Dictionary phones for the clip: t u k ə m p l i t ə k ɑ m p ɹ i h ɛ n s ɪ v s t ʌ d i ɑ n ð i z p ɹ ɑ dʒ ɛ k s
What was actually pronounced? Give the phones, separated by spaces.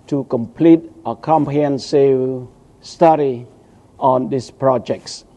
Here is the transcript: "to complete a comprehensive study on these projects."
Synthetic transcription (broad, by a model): t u k ə m p l i t ə k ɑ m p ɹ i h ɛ n s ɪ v s t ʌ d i ɑ n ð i s p ɹ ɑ dʒ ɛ k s